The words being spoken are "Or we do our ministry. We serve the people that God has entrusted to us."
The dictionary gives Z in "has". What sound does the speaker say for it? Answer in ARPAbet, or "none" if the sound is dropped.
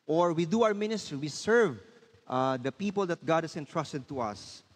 S